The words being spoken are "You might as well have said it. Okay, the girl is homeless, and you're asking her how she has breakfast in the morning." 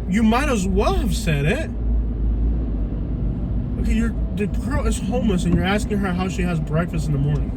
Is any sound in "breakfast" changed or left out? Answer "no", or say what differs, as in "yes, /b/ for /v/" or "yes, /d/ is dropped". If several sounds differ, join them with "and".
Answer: no